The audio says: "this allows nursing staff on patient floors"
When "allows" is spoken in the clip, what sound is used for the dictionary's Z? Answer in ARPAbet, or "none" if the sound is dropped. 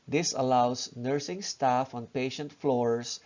S